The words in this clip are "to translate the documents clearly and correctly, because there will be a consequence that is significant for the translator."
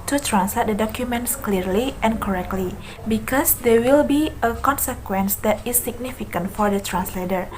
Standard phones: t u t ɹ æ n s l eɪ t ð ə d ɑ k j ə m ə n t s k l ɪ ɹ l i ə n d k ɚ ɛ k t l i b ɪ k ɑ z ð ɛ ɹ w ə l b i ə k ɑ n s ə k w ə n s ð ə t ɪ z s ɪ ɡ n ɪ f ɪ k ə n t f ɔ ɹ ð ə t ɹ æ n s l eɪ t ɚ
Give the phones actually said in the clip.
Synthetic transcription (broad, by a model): t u t ɹ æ n s l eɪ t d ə d ɑ k j ə m ə n t s k l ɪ ɹ l i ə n k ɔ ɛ k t l i b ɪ k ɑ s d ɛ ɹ w ə l b i ə k ɑ n s ə k w ə n s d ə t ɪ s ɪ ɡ n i f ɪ k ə n t f ɔ ɹ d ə t ɹ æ n s l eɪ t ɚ